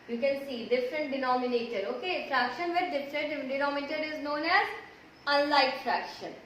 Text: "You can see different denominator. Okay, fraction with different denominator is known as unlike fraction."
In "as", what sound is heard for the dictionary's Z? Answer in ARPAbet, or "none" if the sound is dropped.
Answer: Z